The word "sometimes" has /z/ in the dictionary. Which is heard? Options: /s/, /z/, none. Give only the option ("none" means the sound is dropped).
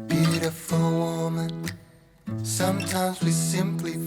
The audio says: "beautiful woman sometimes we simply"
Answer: /z/